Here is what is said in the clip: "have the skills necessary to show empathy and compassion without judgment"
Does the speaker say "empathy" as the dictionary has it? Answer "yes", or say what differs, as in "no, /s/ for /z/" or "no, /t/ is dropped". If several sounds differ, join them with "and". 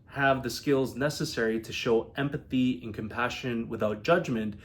yes